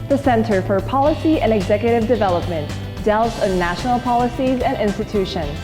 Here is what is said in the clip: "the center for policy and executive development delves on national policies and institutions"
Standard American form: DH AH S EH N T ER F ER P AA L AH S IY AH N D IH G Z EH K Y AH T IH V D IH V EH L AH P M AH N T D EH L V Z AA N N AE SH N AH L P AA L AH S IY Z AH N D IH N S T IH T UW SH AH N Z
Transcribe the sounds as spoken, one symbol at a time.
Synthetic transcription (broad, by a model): DH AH S EH N T ER F ER P AA L AH S IY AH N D IH G Z EH K Y AH T IH V D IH V EH L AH P M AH N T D EH L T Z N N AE SH N L P AA L AH S IY Z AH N IH N S T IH T UW SH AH N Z